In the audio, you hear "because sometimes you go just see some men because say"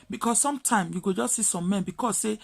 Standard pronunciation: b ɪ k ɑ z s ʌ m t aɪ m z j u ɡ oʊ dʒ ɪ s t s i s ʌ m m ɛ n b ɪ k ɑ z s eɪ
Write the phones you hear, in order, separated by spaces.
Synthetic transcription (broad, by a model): b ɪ k ɑ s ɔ m t aɪ m j u ɡ oʊ dʒ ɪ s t s i s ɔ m m ɛ n b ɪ k ɑ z s eɪ